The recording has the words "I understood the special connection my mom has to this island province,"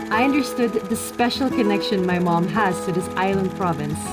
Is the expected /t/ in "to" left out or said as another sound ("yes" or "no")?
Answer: yes